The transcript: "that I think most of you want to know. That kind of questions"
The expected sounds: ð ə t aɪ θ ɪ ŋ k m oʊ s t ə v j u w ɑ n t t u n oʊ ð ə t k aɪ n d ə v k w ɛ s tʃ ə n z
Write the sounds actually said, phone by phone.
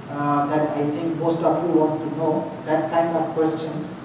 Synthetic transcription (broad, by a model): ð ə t aɪ t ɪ ŋ k m oʊ s t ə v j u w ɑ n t t u n oʊ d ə t k aɪ n d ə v k w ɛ s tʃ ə n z